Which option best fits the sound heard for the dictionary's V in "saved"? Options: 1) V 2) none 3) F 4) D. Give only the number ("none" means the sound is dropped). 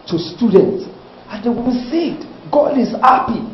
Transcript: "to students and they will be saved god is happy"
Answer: 2